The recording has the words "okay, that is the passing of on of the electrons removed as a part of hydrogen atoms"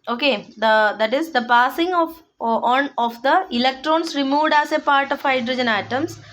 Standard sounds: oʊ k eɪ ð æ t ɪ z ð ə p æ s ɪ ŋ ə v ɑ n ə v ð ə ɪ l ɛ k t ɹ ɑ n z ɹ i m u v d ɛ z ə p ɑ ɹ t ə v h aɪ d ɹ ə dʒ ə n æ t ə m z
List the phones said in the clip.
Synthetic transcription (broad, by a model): oʊ k eɪ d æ t ɪ z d ə p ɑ s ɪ ŋ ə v ɑ n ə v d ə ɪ l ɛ k t ɹ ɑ n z ɹ i m u v d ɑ s ə p ɑ ɹ t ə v h aɪ d ɹ ə dʒ ə n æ t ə m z